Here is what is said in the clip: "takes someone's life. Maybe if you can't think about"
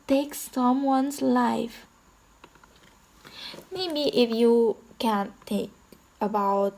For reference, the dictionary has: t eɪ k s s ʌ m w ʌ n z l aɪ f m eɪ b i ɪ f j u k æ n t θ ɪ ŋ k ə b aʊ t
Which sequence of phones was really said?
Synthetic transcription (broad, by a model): t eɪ k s s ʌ m w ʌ n s l aɪ f m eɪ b i ɪ f j u k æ n t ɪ k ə b aʊ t